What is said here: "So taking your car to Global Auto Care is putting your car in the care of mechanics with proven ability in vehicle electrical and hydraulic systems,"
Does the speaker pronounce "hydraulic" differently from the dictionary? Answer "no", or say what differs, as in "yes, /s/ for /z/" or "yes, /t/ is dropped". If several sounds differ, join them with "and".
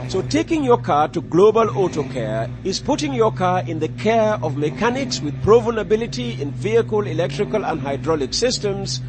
no